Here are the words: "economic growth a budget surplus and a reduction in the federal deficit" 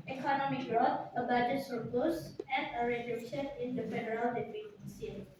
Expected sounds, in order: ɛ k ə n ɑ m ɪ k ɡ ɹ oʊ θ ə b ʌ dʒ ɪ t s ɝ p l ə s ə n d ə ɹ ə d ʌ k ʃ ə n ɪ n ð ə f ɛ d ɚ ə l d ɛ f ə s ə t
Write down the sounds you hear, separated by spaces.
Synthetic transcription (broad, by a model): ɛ k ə n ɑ m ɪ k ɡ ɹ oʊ t ə b ʌ dʒ ɪ t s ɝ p ə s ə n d ə ɹ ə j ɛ ʃ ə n ɪ n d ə f ɛ d ɚ ə l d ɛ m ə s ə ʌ